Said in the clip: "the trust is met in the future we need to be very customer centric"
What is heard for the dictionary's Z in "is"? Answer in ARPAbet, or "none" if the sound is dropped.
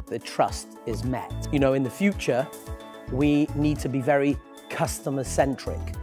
Z